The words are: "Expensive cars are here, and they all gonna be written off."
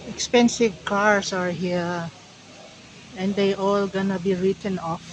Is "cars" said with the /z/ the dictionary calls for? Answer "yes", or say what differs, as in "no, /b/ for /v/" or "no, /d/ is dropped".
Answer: no, /s/ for /z/